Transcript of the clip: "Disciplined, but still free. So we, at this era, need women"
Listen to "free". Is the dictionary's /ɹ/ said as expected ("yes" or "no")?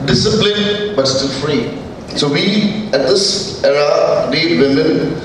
yes